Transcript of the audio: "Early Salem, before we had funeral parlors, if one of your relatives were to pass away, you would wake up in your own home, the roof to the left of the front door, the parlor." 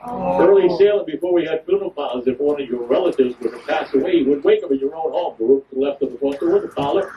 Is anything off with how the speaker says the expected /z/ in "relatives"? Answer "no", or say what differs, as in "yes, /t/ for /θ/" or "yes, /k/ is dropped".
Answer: no